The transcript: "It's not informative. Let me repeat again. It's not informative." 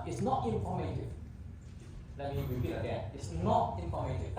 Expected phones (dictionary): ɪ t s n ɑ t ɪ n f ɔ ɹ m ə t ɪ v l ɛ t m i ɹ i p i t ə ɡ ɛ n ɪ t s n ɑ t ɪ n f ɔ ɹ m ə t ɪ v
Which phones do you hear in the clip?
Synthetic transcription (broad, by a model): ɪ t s n ɑ t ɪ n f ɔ m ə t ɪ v l ɛ t m i w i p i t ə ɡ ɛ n ɪ t s n ɑ t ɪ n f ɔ m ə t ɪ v